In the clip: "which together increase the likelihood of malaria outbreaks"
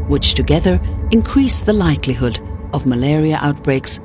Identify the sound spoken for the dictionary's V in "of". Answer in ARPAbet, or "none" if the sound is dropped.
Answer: V